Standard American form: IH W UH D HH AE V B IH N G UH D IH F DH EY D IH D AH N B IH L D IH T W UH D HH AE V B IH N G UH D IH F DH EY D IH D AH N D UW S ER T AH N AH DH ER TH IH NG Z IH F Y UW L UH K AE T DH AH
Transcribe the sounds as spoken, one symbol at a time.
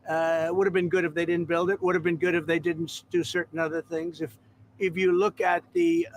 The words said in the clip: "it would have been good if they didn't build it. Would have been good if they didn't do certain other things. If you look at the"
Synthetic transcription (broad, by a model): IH W UH D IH V B IH N G UH D IH F DH EY D IH D N B IH L D IH T W UH D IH V B IH N G UH D IH F DH EY D IH D N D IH S ER T N AH DH ER TH IH NG Z IH F Y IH L UH K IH T DH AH